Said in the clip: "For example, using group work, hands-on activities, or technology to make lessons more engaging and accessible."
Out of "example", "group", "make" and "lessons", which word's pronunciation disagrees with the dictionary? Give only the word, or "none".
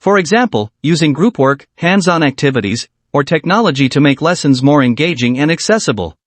none